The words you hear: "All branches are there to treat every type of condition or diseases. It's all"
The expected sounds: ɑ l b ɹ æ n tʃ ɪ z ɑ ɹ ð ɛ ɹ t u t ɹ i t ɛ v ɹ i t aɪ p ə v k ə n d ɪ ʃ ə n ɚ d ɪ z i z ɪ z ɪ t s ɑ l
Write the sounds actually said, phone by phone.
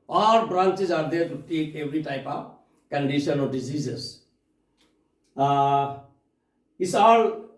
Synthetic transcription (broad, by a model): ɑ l b ɹ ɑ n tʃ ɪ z ɑ ɹ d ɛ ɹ t u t i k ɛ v ɹ i t aɪ p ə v k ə n d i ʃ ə n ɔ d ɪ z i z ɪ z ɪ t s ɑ l